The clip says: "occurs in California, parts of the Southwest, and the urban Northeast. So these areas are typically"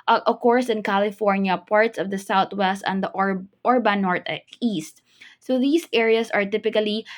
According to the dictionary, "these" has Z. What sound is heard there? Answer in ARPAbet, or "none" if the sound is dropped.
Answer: S